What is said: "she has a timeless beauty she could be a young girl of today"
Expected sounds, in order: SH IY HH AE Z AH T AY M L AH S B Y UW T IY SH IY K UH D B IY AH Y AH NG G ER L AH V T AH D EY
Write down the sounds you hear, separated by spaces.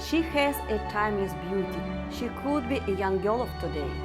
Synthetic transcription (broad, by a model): SH IY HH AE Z AH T AY M AH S B Y UW T IY SH IY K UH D B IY AH Y AH NG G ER L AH P T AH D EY